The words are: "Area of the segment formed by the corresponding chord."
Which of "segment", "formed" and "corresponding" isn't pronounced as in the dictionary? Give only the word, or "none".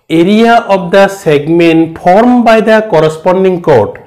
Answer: formed